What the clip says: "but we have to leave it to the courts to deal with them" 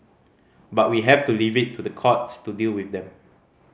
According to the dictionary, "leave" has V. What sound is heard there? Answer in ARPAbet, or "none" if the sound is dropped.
V